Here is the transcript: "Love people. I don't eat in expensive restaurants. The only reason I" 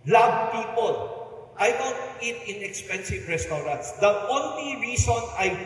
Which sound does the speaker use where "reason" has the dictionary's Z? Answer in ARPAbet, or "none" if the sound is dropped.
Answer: S